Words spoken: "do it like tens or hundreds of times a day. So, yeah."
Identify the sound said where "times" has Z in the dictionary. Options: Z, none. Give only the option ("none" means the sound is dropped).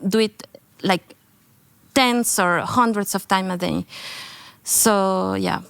none